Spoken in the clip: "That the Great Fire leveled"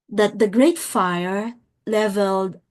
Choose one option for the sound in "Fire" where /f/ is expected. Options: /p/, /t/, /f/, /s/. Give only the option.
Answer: /f/